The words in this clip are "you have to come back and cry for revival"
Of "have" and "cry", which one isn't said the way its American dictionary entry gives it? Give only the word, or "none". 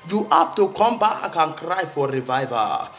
have